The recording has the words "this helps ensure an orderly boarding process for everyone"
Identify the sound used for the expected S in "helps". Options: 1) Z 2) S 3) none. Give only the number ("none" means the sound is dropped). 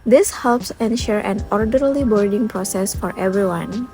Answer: 2